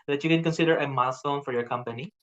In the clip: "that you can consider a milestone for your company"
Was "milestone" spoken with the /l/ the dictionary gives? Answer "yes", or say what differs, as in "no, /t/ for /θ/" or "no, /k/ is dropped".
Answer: no, /l/ is dropped